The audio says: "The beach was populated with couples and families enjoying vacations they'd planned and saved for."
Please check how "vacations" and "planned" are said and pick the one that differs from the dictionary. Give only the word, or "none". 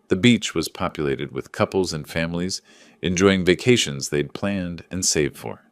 none